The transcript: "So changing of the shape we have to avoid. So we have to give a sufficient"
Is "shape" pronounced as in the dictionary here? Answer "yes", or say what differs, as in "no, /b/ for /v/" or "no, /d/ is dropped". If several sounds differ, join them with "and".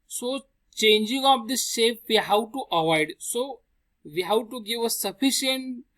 no, /s/ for /ʃ/